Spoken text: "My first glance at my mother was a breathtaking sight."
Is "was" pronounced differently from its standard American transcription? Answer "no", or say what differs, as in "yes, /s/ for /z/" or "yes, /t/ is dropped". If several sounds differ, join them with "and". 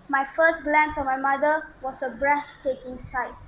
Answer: yes, /s/ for /z/